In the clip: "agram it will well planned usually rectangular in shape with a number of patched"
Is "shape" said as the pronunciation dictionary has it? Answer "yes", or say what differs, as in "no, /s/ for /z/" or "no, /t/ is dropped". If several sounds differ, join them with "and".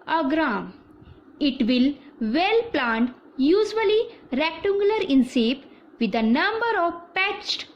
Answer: no, /s/ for /ʃ/